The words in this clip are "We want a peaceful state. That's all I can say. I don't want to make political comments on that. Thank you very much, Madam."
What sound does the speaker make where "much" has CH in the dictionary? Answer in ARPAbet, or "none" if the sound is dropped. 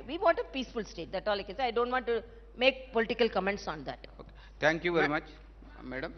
CH